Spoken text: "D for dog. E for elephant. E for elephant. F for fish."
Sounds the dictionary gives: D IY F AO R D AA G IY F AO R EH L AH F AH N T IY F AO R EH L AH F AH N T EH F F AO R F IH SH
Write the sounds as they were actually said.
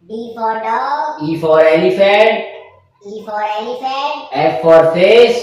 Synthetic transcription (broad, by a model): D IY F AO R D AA IY F AO R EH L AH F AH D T IY F AO R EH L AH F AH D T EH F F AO R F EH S